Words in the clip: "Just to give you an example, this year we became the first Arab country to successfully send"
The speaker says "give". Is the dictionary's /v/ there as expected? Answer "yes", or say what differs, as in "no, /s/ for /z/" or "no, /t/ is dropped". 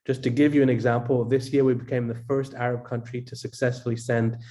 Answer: yes